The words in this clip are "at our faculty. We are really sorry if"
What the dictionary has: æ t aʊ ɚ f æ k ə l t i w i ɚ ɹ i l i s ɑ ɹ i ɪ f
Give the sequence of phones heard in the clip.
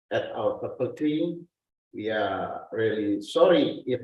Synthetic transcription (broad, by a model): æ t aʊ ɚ p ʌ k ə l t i w i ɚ ɹ i l i s ɑ ɹ i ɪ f